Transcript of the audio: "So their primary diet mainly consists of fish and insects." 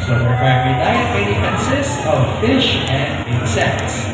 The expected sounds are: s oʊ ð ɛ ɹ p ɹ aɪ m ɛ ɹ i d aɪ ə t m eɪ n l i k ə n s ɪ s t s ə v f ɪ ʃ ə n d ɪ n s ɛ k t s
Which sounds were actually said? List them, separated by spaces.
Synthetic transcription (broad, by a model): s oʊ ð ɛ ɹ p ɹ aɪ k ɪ l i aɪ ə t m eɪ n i k ə n s ɪ s t s ə v f ɪ ʃ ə n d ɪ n s ɛ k t s